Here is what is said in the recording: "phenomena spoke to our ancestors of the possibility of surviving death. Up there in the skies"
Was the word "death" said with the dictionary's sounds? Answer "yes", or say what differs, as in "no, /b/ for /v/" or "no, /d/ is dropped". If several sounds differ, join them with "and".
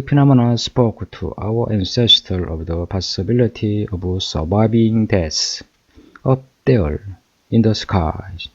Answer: no, /s/ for /θ/